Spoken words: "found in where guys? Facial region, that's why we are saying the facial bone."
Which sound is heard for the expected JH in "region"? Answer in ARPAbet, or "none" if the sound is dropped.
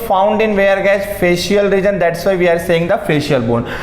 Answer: JH